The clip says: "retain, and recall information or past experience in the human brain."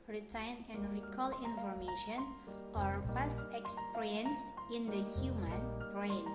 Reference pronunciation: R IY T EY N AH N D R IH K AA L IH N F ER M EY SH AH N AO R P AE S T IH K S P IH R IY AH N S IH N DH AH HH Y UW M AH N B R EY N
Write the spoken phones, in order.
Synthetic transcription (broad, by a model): R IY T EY N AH N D R IH K AA L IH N F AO M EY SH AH N AO R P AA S IH K S P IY R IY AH N S IH N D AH HH Y UW M AH N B R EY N